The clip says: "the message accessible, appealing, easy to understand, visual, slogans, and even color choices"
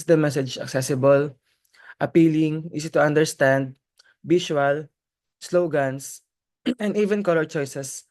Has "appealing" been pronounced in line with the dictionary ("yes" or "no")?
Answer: yes